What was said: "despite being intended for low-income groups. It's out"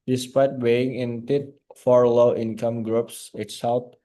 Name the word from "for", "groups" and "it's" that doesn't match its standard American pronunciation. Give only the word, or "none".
none